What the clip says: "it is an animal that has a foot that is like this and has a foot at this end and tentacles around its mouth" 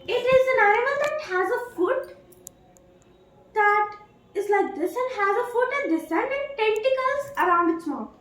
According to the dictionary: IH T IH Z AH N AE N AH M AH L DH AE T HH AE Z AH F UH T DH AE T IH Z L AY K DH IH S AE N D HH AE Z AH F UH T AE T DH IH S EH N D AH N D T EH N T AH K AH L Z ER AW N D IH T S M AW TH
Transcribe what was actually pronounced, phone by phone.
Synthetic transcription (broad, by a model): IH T IH Z AH N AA AH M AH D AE T HH AE Z AH F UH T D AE T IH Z L AY K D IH S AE N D HH AE Z AH F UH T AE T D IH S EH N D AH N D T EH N T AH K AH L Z ER AW N D IH T S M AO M